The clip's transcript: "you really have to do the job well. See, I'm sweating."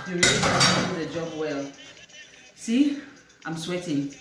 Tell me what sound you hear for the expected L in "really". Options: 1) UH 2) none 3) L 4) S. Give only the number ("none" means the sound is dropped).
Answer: 2